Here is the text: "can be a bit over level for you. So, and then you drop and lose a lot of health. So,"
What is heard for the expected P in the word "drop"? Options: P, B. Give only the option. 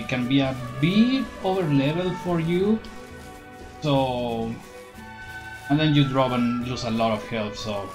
B